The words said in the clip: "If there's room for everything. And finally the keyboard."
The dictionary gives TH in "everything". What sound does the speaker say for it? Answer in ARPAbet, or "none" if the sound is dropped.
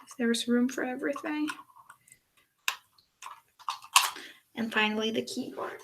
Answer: TH